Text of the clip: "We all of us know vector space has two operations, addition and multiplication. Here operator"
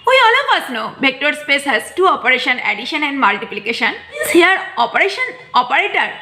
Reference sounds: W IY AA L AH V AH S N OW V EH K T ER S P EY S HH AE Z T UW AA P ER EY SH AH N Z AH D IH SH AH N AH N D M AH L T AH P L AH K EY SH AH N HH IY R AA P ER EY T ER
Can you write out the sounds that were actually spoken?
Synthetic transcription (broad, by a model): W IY AA L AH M AH S N OW B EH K T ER S P EY S HH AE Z T UW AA P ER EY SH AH N AH D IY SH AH N AH N D M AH L T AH P L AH K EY SH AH N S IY R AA P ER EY T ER